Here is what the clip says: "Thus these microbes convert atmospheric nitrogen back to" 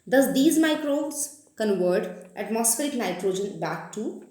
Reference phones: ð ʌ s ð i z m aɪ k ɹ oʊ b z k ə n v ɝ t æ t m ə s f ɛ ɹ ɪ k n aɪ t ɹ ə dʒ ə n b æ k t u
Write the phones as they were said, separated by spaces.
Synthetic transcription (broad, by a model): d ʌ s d i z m aɪ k ɹ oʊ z k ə n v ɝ t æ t m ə s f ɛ ɹ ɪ k n aɪ t ɹ ə dʒ ə n b æ k t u